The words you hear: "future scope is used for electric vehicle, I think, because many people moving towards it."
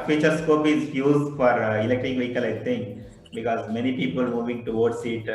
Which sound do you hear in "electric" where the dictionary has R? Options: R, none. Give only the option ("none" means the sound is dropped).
none